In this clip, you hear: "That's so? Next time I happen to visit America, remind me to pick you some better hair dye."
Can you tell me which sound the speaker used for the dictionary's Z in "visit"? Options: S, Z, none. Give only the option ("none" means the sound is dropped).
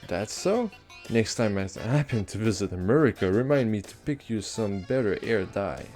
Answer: Z